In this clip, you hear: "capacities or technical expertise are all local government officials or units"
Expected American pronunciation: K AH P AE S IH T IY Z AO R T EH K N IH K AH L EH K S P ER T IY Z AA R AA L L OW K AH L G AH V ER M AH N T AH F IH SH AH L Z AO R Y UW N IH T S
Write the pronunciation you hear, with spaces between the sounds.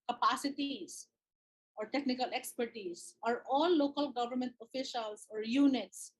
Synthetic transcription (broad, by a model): K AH P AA S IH T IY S AO R T EH K N IH K AH L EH K S P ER T IY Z AA R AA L L OW K AH L G AH V ER M AH N T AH F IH SH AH L S AO R Y UW N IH T S